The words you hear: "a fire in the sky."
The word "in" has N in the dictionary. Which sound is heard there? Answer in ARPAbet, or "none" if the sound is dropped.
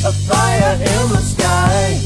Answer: L